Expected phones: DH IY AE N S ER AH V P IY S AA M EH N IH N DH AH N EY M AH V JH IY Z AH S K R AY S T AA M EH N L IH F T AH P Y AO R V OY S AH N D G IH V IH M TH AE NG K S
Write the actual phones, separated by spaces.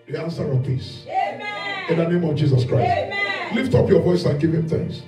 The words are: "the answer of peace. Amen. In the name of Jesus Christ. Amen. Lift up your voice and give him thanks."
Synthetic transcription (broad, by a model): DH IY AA N S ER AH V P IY S IH N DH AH N EY M AH V JH IY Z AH S K R AY S T L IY F T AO P Y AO V OY S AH N G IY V IH M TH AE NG K S